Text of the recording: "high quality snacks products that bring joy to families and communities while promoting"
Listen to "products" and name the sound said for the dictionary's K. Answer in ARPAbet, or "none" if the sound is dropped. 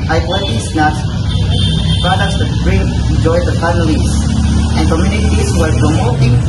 none